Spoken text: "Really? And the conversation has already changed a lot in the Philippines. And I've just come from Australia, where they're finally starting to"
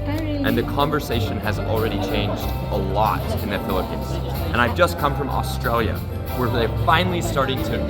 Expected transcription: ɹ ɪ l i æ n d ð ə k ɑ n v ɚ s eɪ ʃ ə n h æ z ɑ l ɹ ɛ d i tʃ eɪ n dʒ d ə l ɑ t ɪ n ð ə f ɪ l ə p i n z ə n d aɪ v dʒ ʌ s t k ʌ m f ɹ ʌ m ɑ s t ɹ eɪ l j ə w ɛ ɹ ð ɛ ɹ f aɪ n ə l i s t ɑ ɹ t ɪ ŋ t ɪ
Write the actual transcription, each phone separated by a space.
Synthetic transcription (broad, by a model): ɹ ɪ n ð ə k ɑ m v ɚ s eɪ ʃ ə n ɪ z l ɹ ɛ d i tʃ eɪ n dʒ d ə l ɑ t ɪ n ð ə f ɪ l ə p i n z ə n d aɪ v dʒ ʌ s k ʌ m f ɹ ʌ m ɑ s t ɹ eɪ l j ə w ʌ ɹ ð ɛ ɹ f aɪ n l i s t ɑ ɹ t ɪ ŋ t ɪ